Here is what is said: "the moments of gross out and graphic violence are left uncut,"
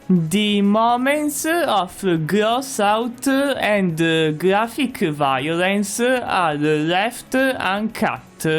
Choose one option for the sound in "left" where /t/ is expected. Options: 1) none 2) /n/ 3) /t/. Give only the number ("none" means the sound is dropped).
3